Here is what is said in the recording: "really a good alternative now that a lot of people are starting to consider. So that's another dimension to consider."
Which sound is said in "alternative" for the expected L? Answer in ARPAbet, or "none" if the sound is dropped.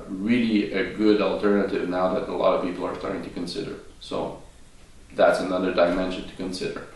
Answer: L